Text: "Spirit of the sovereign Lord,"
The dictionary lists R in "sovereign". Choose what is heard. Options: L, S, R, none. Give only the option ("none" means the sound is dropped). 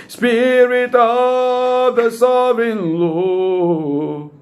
none